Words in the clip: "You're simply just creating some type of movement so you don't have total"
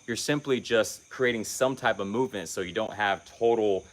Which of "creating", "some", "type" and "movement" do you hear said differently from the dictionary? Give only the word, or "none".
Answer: none